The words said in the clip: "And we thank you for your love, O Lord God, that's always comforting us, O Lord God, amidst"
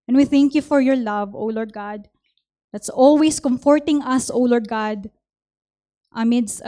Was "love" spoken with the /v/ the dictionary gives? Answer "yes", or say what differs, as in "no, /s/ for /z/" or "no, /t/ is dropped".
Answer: yes